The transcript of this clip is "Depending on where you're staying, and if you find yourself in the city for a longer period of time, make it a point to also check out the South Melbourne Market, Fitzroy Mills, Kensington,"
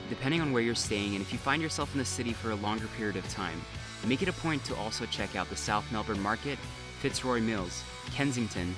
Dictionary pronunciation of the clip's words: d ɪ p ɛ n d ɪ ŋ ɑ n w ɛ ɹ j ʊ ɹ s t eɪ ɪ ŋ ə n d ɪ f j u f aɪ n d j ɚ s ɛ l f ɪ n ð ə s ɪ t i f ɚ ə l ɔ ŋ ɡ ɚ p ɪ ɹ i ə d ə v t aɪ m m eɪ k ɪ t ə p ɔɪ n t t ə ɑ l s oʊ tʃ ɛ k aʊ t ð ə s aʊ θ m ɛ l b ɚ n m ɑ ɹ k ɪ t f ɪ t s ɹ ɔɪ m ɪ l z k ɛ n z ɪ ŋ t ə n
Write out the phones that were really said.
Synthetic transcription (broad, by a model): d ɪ p ɛ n d ɪ ŋ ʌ n w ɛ ɹ j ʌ ɹ s t eɪ ɪ ŋ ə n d ɪ f j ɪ f aɪ n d j ɚ s ɛ l f n ð ə s ɪ t i f ɚ ə l ɔ ŋ ɡ ɚ p ɪ ɹ i ə d ə v t aɪ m m eɪ k ɪ t ə p ɔɪ n t t ɑ l s oʊ tʃ ɛ k aʊ t ð ə s aʊ θ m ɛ l b ɚ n m ɑ ɹ k ɪ t f ɪ t s ɹ ɔɪ m ɪ l z k ɛ n z ɪ ŋ t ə n